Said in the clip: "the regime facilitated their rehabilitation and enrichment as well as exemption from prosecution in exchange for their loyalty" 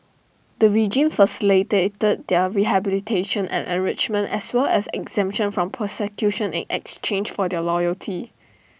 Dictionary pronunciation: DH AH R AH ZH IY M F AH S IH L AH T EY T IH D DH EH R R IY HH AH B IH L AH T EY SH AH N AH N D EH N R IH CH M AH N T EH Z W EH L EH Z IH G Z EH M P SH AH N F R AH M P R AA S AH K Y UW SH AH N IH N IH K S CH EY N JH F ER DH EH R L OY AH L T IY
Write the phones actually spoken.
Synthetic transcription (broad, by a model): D AH R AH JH IY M F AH S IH L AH T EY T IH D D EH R R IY HH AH B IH L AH T EY SH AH N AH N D EH N R IH CH M AH N T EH S W EH L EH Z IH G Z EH M P SH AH N F R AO M P AA S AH K Y UW SH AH N IH N IH K S CH EY N JH F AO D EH L OY AH L T IY